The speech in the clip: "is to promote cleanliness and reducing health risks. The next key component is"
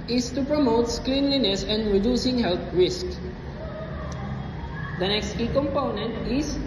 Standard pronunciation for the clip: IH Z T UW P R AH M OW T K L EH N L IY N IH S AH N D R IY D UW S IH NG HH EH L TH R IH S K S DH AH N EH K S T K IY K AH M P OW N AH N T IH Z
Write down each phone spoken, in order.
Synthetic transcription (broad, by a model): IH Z T UW P R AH M OW T K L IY N L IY N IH S AH N D R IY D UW S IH NG HH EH L T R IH S K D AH N EH K S T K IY K AH M P OW N AH N T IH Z